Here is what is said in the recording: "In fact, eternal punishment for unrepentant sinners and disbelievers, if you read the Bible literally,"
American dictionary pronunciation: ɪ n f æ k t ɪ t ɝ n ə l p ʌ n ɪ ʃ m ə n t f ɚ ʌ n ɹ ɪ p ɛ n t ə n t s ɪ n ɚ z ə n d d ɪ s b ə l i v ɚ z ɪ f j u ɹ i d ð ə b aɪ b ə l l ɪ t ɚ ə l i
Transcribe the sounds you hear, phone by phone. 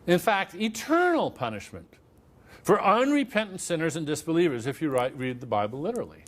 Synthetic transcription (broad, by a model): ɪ n f æ k t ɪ t ɝ n l p ʌ n ɪ ʃ m ə n t f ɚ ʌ n ɹ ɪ p ɛ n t n t s ɪ n ɚ z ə n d d ɪ s b ə l i v ɚ z ɪ f j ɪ ɹ i d ð ə b aɪ b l l ɪ t ɚ l i